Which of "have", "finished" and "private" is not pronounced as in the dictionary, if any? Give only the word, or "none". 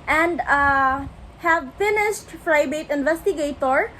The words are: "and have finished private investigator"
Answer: private